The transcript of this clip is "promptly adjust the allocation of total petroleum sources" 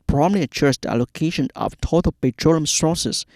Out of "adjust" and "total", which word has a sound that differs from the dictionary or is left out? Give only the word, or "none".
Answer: adjust